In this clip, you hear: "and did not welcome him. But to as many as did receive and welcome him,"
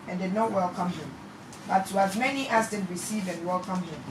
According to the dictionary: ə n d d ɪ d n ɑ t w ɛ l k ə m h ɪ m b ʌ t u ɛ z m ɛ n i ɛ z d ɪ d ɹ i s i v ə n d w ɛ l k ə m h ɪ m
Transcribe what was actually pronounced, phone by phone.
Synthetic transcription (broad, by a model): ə n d d ɪ d n ɑ t w ɛ l k ə m h ɪ m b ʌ t u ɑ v m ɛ n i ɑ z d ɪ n ɹ i s i v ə n w ɛ l k ə m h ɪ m